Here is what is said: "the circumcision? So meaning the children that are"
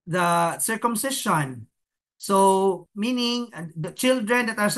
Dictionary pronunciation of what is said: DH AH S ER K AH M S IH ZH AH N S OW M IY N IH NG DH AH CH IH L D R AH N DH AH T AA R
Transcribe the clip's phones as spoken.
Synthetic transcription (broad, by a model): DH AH S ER K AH M S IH SH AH N S OW M IY N IH NG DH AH CH IH L D R AH N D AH T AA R